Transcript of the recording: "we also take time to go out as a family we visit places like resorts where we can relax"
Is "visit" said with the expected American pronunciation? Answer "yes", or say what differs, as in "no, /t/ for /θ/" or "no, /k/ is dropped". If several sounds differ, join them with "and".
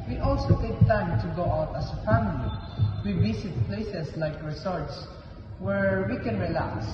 no, /s/ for /z/